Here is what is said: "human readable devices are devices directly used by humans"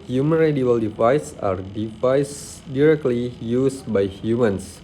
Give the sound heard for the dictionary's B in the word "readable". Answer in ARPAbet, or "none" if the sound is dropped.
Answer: none